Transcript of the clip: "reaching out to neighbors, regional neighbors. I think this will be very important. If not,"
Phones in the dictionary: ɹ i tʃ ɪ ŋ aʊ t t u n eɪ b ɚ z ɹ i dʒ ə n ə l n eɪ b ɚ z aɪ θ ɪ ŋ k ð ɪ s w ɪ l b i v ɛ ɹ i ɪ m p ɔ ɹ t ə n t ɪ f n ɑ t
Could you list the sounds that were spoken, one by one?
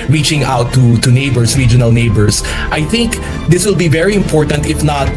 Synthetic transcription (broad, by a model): ɹ i tʃ ɪ ŋ aʊ t t u n eɪ b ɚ s ɹ i dʒ ə n ə l n eɪ b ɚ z aɪ θ ɪ ŋ k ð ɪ s w ɪ l b i v ɛ ɹ i ɪ m p ɔ ɹ t ə n t ɪ f n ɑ t